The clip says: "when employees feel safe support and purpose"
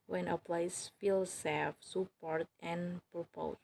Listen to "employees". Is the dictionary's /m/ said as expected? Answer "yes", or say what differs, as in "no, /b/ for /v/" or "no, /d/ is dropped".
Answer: no, /m/ is dropped